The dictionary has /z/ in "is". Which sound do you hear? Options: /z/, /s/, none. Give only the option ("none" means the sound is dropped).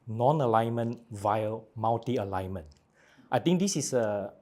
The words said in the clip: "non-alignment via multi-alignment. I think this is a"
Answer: /s/